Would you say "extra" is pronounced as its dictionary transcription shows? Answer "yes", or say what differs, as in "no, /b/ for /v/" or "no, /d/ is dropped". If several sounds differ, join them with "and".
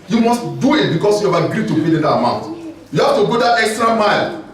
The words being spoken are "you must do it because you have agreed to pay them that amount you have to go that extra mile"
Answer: yes